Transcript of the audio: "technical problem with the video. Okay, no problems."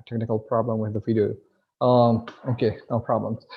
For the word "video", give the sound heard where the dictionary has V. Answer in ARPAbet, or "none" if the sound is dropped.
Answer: F